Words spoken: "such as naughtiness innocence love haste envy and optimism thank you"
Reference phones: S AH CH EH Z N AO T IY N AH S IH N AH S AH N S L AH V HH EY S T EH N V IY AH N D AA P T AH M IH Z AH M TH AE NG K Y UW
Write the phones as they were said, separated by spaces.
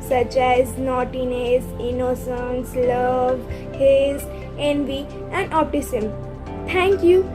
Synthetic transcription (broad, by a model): S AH CH EH Z N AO T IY N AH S IH N AH S AH N S L AH V HH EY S EH N V IY AH N D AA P T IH S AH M T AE NG K Y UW